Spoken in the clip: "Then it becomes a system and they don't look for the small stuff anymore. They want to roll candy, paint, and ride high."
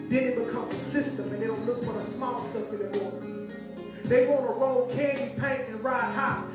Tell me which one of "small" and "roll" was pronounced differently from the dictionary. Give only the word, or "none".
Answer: none